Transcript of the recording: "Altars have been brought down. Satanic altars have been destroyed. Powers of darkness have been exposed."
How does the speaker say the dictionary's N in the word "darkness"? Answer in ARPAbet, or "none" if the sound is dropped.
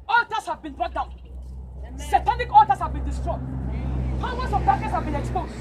none